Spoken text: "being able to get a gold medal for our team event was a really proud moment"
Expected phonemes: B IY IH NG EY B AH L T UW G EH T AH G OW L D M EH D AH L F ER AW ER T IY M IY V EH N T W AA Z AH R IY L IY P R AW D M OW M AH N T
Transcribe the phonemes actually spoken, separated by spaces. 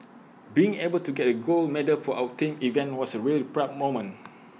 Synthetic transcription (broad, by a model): B IY IH NG EY B AH L T UW G EH T AH G OW L M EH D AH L F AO AW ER T IY M IY V EH N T W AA S AH R IY L IY P R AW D M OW M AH N